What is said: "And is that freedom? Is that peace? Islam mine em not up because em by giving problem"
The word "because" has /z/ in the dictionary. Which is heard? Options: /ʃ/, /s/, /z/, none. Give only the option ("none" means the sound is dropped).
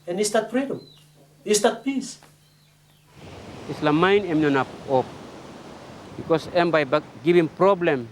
/s/